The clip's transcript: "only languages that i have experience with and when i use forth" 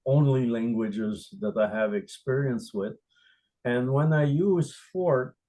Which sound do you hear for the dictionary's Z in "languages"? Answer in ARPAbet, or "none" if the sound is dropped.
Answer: Z